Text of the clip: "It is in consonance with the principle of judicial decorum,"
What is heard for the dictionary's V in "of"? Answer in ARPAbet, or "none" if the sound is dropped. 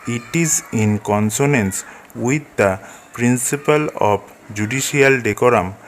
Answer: B